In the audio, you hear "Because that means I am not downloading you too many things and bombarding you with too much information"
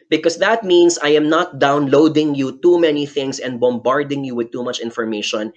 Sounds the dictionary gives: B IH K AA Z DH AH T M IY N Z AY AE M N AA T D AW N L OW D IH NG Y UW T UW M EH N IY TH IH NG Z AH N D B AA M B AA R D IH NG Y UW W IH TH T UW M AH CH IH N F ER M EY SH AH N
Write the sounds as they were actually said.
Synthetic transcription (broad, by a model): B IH K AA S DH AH T M IY N S AY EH M N AA T D AW N L OW D IH NG Y UW T UW M EH N IY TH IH NG S AH N D B AA M B AA R D IH NG Y UW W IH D T UW M AH CH IH N F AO M EY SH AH N